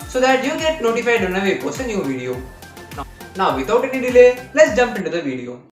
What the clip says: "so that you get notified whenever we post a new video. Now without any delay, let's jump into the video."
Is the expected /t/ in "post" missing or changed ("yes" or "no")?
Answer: yes